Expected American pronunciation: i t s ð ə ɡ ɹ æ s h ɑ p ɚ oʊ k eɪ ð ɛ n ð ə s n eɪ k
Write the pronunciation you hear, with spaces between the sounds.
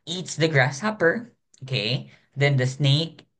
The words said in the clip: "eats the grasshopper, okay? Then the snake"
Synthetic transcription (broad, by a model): i t s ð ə ɡ ɹ æ s h ɑ p ɚ oʊ k eɪ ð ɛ n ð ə s n eɪ k